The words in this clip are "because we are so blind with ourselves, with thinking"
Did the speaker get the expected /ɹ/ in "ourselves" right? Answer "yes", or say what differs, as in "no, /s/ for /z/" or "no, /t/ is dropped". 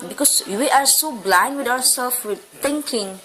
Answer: no, /w/ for /ɹ/